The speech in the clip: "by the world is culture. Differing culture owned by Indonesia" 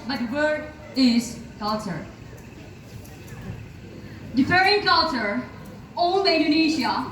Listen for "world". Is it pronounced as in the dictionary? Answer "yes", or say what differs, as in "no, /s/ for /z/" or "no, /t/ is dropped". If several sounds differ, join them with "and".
no, /l/ is dropped